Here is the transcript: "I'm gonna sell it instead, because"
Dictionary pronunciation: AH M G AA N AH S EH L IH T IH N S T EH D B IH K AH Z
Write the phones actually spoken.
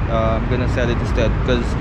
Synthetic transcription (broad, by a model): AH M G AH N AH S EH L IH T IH S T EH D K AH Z